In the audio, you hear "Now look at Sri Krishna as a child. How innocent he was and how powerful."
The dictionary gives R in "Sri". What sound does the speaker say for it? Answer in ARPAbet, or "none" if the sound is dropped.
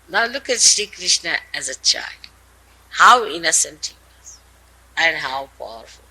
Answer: none